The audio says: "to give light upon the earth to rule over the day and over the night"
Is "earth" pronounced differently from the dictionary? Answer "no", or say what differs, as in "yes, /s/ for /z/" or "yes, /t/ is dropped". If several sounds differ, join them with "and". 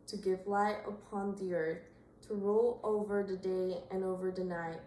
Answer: no